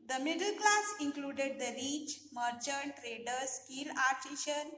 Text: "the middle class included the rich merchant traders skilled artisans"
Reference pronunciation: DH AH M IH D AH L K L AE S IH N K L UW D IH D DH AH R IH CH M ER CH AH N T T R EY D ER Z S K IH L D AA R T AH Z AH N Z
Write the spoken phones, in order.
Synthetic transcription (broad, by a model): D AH M IH D AH L K L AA S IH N K L UW D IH D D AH R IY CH M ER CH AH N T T R EY D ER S K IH L AA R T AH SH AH N